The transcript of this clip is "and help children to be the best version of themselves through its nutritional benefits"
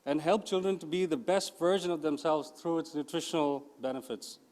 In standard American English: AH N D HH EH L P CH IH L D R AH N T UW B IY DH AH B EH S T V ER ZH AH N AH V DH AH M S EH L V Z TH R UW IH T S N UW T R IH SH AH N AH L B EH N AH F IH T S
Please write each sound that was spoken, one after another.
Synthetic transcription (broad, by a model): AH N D HH EH L P CH IH L D R AH N T UW B IY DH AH B EH S T V ER ZH AH N AH V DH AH M S EH L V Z T R UW IH T S N UW T R IH SH AH N AH L B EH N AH F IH T S